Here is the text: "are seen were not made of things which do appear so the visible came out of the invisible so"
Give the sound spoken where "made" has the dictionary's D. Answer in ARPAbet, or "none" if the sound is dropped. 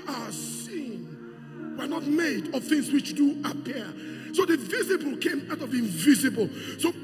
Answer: D